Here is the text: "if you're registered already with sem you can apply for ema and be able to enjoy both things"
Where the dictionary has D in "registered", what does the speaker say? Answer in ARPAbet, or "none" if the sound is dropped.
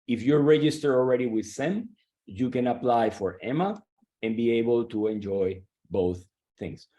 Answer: none